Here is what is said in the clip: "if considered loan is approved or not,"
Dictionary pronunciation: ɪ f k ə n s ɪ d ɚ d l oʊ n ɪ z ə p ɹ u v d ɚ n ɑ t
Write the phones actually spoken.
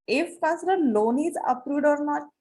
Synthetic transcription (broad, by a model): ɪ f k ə s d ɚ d l oʊ n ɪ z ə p ɹ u d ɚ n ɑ